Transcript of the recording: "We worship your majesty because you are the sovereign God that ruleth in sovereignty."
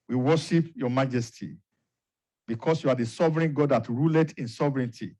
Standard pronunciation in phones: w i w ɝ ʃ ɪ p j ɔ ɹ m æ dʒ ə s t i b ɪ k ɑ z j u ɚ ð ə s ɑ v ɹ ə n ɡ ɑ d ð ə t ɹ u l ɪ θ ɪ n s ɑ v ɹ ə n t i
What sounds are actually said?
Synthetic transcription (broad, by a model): w i w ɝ ʃ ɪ p j ɔ m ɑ dʒ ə s t i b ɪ k ɑ s j u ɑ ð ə s ɑ v ɹ ə n ɡ ɑ d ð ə t ɹ u l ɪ t ɪ n s ɑ v ɹ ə n t i